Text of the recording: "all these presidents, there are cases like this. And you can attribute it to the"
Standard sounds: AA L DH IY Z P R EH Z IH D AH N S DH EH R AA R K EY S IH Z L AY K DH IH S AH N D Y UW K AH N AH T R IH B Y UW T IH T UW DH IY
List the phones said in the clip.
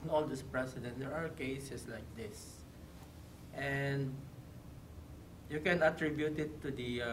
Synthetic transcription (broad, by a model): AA L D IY S P R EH S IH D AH N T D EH R AA R K EY S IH S L AY K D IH S AH N D Y UW K AH N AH T R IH B Y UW T IH T UW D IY